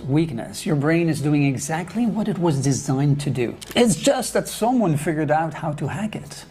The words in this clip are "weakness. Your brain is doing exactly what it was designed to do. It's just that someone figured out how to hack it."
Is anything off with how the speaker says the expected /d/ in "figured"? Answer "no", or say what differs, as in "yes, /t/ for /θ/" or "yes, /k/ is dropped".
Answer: no